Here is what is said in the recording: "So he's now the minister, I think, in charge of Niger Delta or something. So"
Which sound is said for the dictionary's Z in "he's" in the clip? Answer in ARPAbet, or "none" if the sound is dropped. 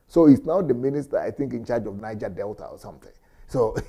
S